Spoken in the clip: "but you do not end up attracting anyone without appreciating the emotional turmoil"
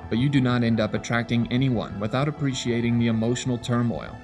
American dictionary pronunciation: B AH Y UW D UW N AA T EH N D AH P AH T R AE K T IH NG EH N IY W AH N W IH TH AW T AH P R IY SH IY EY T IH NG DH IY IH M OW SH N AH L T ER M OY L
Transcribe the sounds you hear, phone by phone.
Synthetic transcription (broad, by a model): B AH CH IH D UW N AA T EH N D AH P AH T R AE K T IH NG EH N IY W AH N W IH TH AW T AH P R IY SH IY EY T IH NG DH IY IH M OW SH N L T ER M OY L